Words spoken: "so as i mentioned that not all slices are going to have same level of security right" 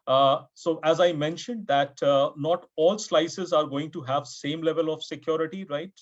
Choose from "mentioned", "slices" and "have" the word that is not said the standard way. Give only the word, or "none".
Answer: none